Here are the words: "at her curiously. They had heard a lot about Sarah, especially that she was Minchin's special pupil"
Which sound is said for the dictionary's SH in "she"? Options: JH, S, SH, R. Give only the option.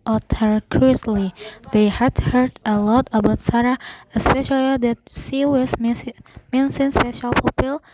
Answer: S